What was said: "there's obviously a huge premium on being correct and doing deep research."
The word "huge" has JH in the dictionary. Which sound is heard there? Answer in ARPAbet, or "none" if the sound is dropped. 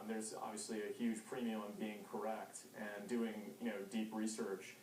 ZH